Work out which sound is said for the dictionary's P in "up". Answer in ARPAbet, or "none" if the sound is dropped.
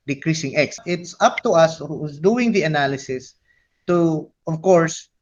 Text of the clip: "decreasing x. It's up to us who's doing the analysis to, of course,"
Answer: P